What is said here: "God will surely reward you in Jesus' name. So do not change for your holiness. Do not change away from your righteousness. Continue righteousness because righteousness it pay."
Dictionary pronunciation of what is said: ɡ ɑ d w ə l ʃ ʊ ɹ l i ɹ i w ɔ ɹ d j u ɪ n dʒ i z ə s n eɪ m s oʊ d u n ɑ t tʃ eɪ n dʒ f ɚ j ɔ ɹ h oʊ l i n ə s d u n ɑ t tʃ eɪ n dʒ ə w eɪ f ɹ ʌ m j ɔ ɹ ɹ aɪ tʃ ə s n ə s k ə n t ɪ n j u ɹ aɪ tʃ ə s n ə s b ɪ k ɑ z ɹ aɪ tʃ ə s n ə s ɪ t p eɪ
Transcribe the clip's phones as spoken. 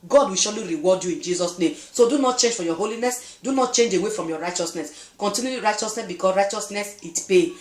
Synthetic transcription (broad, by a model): ɡ ɑ d w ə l ʃ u l i ɹ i w ɔ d j u ɪ n dʒ i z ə s n eɪ m s oʊ d u n ɑ t tʃ eɪ n dʒ f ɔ j ɔ h oʊ l i n ə s d u n ɑ t tʃ eɪ n dʒ ə w eɪ f ɹ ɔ m j ɔ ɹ ɹ aɪ tʃ ə s n ə s k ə n t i n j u ɹ aɪ tʃ ə s n ə s b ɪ k ɑ s ɹ aɪ tʃ ə s n ə s ɪ t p eɪ